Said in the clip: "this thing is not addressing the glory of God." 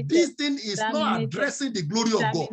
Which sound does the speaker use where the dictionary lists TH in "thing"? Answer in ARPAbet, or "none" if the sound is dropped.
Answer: T